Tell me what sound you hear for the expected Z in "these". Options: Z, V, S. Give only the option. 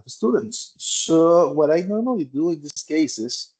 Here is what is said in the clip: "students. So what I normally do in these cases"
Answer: S